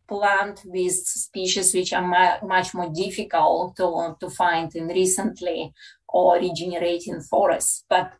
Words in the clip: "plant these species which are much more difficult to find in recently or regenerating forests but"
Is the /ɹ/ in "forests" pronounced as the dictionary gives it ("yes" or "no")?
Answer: yes